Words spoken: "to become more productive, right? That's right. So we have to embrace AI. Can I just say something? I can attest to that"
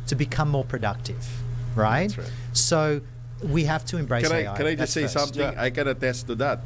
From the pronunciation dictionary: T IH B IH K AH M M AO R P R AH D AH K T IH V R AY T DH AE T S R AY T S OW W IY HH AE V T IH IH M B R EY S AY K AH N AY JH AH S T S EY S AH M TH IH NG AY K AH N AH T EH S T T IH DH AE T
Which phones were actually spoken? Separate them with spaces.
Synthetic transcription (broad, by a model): T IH B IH K AH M M AO R P R AH D AH K T IH V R R AY T S OW W IY HH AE F T IH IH M B R EY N AY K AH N AY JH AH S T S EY S AH M TH IH NG AY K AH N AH T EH S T T IH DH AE T